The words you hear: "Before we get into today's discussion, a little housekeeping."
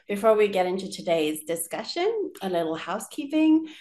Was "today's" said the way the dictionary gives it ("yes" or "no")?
yes